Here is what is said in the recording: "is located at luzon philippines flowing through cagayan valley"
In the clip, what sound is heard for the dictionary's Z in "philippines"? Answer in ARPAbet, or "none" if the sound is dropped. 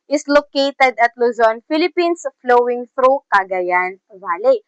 S